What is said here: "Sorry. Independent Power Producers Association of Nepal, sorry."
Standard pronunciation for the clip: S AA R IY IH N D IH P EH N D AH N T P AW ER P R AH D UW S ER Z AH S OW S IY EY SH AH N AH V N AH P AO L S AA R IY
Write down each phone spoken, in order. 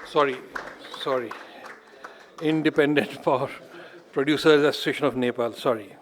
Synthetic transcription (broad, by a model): S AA R IY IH N D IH P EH N D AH N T F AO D P R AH D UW S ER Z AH S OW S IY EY SH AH N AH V N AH P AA L S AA R IY